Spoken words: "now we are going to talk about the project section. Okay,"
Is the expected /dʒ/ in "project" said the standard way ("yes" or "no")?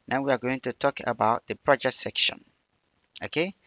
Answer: yes